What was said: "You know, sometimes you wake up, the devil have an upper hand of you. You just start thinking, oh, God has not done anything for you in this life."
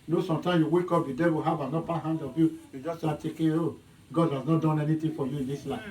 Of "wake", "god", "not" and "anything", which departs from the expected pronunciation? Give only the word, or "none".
anything